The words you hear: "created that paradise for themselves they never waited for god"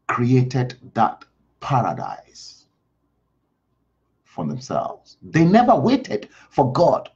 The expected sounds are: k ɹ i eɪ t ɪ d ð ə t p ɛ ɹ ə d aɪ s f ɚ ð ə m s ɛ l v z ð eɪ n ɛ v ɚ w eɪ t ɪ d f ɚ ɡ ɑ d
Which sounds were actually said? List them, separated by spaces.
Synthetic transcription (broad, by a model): k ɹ i eɪ t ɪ d ð ə t p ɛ ɹ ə d aɪ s f ɚ ð ə m s ɛ l v z ð eɪ n ɛ v ɚ w eɪ t ɪ d f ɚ ɡ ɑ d